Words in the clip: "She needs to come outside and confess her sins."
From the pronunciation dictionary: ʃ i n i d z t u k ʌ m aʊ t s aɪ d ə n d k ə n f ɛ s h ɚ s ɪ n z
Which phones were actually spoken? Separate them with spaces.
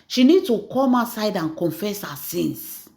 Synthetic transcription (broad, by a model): ʃ i n i d t u k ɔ m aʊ s aɪ d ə n k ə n f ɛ s h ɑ s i n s